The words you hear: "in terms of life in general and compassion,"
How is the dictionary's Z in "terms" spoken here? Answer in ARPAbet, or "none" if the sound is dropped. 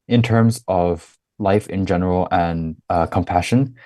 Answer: Z